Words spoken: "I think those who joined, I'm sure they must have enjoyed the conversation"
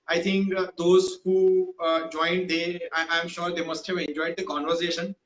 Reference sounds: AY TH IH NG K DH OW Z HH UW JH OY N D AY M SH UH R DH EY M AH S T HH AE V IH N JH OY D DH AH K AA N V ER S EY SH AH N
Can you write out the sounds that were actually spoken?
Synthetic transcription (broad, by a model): AY T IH NG K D OW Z HH UW JH OY N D AY M SH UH R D EY M AH S T HH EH V IH N JH OY D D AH K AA N V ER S EY SH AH N